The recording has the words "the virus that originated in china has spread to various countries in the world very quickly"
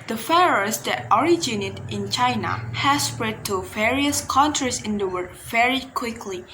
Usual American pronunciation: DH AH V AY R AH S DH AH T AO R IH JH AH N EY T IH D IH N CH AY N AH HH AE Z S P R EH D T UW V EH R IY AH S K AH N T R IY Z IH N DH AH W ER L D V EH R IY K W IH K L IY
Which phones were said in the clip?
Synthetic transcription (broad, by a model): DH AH F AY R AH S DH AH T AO R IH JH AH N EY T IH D IH N CH AY N AH HH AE S P R EH D T UW V EH R IY AH S K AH N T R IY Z IH N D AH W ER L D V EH R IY K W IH K L IY